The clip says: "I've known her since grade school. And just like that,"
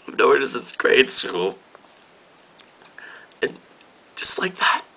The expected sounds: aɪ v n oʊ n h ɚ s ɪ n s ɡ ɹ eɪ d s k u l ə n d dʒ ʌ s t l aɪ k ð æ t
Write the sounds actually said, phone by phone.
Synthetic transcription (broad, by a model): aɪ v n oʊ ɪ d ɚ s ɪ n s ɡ ɹ eɪ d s u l ə n d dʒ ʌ s t l aɪ k ð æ t